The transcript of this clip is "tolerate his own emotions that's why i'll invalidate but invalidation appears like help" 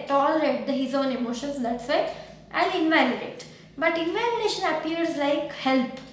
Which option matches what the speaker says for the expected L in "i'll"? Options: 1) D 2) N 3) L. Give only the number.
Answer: 2